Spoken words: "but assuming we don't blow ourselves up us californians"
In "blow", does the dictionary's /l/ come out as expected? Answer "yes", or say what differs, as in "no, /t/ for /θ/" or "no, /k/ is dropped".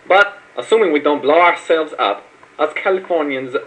yes